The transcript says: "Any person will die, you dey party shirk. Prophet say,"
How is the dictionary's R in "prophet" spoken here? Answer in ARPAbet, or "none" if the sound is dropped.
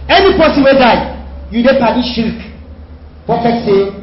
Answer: none